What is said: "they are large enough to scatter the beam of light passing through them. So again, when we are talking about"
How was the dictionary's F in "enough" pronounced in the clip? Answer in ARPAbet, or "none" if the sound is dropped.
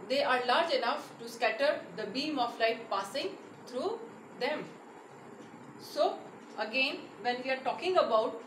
F